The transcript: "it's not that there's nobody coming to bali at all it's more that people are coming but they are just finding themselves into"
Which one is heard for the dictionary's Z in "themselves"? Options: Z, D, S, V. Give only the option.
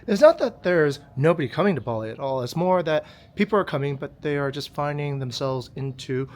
Z